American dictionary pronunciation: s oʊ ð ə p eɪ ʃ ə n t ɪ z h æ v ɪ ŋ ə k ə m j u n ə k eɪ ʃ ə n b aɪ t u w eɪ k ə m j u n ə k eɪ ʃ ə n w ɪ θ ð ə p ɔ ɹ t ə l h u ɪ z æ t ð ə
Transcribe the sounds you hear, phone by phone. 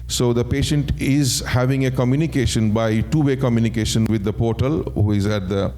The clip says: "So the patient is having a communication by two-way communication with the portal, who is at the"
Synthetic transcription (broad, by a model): s oʊ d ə p eɪ ʃ ə n t ɪ z h æ v ɪ ŋ ə k ə m j u n ə k eɪ ʃ ə n b aɪ t u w eɪ k ə m j u n ə k eɪ ʃ ə n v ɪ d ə p ɔ ɹ t ə l h u ɪ z æ t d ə